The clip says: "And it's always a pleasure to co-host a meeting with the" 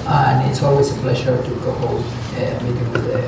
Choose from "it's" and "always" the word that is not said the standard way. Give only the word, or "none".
always